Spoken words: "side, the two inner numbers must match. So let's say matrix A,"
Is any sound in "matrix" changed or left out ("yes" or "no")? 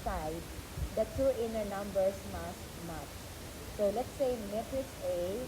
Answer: yes